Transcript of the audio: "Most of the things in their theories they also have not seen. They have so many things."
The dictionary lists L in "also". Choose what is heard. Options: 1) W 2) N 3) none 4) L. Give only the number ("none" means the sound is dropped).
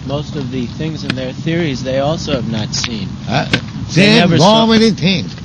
4